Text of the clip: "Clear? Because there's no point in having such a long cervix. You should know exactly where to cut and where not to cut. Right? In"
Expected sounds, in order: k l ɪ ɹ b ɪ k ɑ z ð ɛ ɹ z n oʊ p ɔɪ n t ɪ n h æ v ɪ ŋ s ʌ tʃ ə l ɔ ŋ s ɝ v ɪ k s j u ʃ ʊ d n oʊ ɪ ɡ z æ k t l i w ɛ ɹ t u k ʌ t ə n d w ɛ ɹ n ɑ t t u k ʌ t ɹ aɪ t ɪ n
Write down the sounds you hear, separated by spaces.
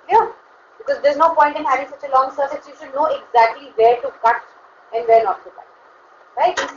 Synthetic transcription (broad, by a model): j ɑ b ɪ k ɑ z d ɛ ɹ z n oʊ p ɔɪ n t ɪ n h æ v ɪ ŋ s ʌ tʃ ə l ɔ ŋ s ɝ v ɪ s j u ʃ ʊ d n oʊ ɪ ɡ z æ k t l i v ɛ ɹ t u k ʌ t ə n d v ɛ ɹ n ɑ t t u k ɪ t ɹ aɪ t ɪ